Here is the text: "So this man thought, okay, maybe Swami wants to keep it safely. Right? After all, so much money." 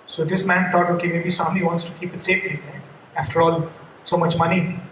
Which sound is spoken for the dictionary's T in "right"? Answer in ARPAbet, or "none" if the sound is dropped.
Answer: none